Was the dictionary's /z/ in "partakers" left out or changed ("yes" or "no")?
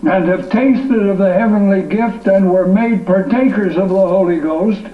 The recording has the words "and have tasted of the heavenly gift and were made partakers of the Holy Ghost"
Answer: no